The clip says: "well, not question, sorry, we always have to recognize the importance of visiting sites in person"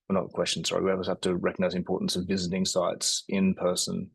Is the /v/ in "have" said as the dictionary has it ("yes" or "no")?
no